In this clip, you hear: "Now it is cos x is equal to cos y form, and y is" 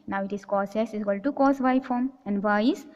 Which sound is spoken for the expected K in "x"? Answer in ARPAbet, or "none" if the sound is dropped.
none